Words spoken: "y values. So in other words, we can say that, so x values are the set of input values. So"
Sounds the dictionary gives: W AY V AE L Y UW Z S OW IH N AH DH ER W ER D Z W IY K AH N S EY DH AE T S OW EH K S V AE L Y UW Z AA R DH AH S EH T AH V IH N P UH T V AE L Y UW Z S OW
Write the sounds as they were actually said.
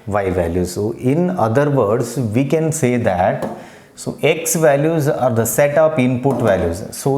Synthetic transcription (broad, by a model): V AY V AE L Y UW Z S OW IH N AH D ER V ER D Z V IY K AH N S EY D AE T S OW EH K S V AE L Y UW Z AA R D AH S EH T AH P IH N P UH T V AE L Y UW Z S OW